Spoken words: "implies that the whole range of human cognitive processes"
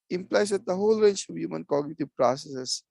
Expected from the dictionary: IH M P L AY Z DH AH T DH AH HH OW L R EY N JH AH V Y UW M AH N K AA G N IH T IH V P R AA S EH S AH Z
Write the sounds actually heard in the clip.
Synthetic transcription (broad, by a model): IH M P L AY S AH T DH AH HH OW L R EY N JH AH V Y UW M AH N K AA G N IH T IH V P R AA S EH S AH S